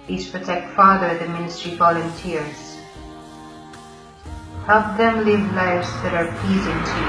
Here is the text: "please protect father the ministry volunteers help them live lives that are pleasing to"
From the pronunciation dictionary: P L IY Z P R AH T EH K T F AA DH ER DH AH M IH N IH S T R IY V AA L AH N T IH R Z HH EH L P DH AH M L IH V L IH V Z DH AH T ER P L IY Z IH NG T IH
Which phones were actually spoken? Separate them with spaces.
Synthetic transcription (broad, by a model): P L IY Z P R AH T EH K T F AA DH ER DH AH M IH N IH S T R IY V AA L AH N T IH R Z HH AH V DH AH M L IH V L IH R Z DH AH T ER P L IY Z IH NG T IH